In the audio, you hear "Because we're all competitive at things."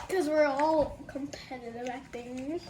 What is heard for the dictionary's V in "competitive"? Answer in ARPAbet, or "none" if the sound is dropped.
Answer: B